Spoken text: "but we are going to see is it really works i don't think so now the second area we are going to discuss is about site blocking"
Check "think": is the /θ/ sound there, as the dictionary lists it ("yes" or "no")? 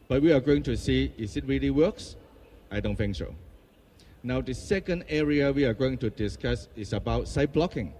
no